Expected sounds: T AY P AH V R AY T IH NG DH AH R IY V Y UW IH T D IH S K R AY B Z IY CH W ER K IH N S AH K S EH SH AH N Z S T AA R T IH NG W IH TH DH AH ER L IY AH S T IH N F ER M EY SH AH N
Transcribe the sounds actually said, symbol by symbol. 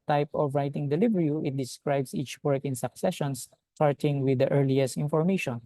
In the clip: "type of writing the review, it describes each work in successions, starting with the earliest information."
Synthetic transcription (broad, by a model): T AY P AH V R AY T IH NG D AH L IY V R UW IH T D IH S K R AY B S IY CH W ER K IH N S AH K S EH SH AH N S T AA R T IH NG W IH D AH ER L IY AH S T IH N F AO M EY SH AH N